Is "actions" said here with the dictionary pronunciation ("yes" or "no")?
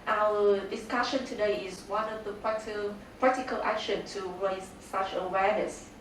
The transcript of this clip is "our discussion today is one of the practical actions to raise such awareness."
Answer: no